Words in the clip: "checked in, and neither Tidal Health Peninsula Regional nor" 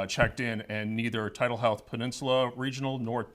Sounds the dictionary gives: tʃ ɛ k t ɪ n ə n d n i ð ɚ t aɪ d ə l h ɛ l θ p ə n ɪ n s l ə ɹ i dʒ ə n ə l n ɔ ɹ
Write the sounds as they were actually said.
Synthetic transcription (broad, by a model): tʃ ɛ k t ɪ n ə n n i ð ɚ t aɪ d l h ɛ l θ p ə n ɪ n s l ə ɹ i dʒ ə n l n ɔ ɹ